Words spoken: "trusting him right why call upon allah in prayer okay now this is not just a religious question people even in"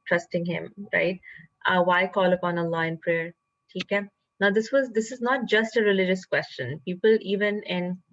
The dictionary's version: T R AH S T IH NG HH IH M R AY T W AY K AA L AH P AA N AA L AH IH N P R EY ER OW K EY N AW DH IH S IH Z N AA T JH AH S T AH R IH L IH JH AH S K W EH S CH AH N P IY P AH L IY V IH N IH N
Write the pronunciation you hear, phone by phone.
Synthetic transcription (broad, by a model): T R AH S T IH NG HH IH M R AY T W AY K AA L AH P AA N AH L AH IH N P R EY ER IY K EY N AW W IH S IH Z N AA T JH AH S T AH R IH L IH JH AH S K W EH S CH AH N P IY P AH L IY V IH N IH N